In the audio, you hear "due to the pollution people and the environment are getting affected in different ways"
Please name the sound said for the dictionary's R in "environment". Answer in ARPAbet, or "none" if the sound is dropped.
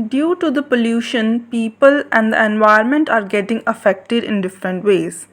none